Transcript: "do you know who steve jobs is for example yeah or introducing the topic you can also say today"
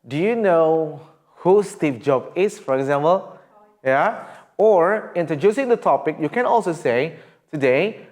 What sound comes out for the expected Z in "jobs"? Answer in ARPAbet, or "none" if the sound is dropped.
none